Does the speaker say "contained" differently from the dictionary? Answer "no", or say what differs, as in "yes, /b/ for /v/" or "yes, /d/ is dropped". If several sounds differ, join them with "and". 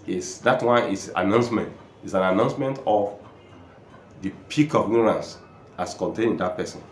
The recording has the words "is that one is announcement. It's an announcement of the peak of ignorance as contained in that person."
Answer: yes, /d/ is dropped